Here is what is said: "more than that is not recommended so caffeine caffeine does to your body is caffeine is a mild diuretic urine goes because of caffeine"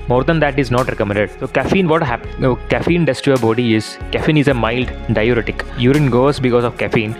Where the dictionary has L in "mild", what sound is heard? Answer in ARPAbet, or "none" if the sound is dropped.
L